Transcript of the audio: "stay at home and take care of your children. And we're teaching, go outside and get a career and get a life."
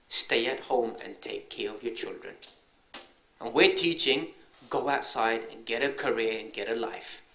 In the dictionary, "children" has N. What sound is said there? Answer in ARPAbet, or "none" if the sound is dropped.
N